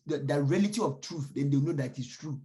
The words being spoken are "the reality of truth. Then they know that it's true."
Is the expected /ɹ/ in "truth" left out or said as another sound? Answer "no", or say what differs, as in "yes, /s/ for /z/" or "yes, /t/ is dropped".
no